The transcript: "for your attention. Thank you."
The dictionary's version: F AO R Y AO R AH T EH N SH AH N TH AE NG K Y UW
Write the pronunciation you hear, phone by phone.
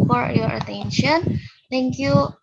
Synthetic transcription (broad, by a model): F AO R Y AO R AH T EH N SH AH N T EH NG K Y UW